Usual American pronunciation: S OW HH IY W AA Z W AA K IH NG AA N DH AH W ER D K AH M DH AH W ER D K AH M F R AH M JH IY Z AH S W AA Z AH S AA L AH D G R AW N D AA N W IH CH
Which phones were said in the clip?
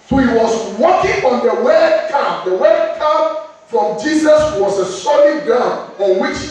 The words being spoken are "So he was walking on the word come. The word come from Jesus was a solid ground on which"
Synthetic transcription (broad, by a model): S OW HH IY W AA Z W AA K IH NG AA N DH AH W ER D K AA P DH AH W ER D K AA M F R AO M JH IY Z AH S W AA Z AH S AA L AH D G AW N AA N W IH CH